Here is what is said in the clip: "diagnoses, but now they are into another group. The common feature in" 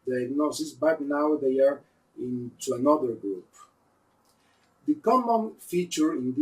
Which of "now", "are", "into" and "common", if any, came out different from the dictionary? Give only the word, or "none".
none